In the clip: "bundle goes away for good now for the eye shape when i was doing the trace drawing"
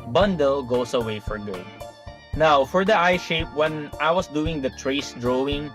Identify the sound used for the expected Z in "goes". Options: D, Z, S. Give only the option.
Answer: S